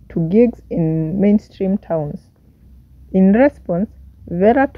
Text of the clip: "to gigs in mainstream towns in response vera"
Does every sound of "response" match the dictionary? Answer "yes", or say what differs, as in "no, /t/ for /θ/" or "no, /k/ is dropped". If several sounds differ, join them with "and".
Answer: yes